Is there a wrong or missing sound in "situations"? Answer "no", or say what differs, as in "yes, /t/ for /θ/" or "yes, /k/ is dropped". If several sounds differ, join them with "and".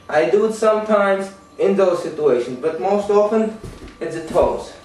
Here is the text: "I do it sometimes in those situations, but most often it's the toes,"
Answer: no